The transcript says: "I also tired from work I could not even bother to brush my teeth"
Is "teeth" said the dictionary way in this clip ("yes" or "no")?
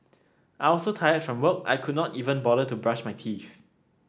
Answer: no